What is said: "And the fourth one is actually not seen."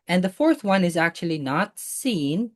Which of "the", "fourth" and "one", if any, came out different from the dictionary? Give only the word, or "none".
none